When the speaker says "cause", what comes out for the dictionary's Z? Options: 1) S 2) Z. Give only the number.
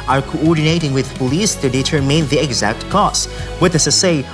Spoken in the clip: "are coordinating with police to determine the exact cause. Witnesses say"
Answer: 1